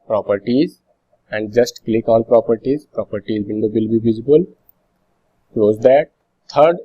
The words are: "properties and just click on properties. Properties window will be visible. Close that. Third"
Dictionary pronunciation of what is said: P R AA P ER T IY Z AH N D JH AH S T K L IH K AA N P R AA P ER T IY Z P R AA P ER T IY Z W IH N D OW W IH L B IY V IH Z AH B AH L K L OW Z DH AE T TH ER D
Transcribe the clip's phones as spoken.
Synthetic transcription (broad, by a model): P R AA P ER T IY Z AH N D JH AH S T K L IH K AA L P R AA P ER T IY Z P R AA P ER T IY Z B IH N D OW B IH L B IY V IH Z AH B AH L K L OW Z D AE T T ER D